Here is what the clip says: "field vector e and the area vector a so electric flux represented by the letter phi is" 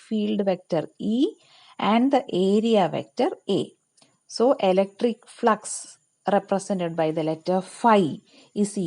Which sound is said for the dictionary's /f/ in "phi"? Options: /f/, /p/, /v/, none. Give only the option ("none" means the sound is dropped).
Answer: /f/